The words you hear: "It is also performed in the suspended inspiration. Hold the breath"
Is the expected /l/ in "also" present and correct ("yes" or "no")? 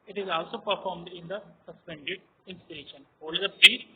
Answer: yes